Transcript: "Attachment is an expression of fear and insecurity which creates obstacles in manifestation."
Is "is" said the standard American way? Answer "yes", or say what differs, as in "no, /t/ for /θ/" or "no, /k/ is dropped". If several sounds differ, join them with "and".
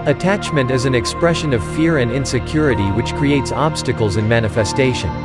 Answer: yes